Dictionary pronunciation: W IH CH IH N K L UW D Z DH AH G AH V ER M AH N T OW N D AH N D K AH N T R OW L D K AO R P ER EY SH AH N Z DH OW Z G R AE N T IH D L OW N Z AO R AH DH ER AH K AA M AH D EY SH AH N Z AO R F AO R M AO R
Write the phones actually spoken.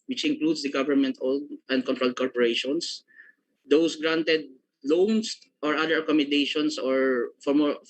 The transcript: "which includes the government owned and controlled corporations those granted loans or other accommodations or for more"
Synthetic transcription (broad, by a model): W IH CH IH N K L UW D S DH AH G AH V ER M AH N T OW L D AH N D K AH N T R OW L D K AO R P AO EY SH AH N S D OW S G R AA N T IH D L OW N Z AO R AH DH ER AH K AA M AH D EY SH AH N S AO R F AO R M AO R